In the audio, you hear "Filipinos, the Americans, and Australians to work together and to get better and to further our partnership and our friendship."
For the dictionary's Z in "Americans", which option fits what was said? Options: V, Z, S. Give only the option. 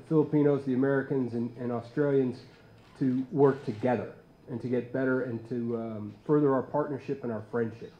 Z